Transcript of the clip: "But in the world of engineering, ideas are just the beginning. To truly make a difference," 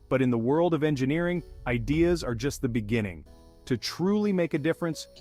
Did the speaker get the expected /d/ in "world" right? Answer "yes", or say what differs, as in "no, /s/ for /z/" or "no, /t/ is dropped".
yes